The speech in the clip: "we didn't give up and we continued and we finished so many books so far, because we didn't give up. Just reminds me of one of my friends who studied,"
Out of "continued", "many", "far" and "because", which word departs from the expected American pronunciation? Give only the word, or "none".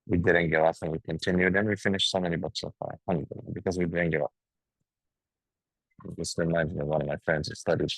far